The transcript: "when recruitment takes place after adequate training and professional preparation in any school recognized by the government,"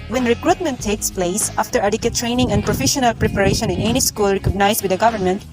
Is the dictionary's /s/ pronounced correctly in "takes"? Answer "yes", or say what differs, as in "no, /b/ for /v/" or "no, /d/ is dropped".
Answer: yes